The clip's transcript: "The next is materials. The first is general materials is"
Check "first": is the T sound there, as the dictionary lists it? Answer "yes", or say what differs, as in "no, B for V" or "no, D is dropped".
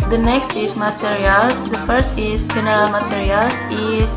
yes